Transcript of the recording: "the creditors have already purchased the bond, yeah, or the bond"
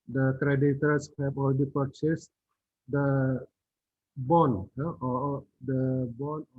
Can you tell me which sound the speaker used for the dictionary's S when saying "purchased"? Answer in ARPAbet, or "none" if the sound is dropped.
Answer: S